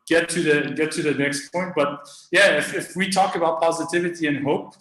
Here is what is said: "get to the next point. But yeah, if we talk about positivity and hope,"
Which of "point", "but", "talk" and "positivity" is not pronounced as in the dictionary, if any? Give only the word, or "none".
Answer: none